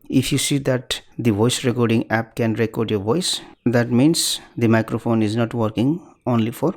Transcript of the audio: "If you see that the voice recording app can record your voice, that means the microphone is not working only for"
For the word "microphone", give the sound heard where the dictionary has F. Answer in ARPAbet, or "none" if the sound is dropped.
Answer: P